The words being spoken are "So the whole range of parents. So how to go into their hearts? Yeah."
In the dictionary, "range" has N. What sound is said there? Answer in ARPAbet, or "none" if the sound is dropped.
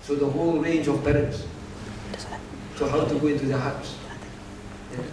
N